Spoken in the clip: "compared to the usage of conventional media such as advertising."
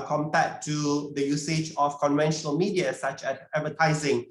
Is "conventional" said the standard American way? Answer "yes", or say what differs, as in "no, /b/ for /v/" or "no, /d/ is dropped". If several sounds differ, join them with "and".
yes